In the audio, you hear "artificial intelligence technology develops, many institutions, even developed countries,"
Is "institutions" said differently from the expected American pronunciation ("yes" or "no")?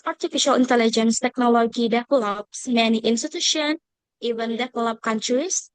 yes